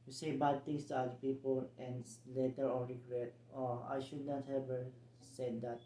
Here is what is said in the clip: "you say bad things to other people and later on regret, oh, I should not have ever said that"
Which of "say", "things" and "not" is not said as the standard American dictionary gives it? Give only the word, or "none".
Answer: things